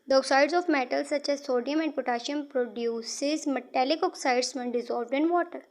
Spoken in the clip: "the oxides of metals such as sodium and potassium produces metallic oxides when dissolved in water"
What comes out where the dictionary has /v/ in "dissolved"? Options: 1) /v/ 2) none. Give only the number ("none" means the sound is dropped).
1